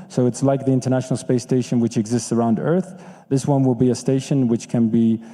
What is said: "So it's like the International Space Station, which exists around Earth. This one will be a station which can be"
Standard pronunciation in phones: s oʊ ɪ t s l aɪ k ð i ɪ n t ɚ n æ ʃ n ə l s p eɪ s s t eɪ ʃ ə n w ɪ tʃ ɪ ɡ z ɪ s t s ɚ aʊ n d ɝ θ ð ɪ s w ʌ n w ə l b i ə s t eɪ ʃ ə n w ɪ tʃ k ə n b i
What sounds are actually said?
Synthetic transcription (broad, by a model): s oʊ ɪ t s l aɪ k ð i ɪ n t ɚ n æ ʃ n l s p eɪ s s t eɪ ʃ ə n w ɪ tʃ ɪ ɡ z ɪ s t s ɚ aʊ n d ɝ θ ð ɪ s w ʌ n w ə l b i ə s t eɪ ʃ ə n w ɪ tʃ k ə n b i